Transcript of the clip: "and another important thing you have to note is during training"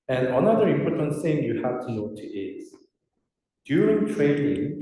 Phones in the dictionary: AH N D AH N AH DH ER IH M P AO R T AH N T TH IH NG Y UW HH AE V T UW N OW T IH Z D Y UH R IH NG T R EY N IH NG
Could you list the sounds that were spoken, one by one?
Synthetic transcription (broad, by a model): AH N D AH N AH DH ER IH M P AO R T AH N T S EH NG Y UW HH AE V T UW N OW T IH Z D Y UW R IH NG T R EY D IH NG